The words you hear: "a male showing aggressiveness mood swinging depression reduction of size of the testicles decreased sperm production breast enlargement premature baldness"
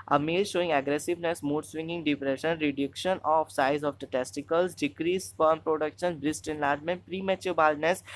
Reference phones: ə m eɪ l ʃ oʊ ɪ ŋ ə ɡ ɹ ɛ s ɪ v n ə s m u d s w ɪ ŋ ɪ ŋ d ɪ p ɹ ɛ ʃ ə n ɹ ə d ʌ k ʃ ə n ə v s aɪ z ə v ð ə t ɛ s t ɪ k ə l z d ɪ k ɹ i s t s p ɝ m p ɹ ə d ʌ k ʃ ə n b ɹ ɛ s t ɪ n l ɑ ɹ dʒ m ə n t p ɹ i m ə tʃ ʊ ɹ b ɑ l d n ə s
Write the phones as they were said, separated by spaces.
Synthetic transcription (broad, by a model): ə m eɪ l ʃ oʊ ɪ ŋ ə ɡ ɹ ɛ s ɪ v n ə s m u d s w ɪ ŋ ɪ ŋ d ɪ p ɹ ɛ ʃ ə n ɹ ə d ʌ k ʃ ə n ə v s aɪ z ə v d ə t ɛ s t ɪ k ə l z d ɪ k ɹ i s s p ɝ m p ɹ ə d ʌ k ʃ ə n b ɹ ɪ s t ɪ n l ɑ ɹ dʒ m ə n t p ɹ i m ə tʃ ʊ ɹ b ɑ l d n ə s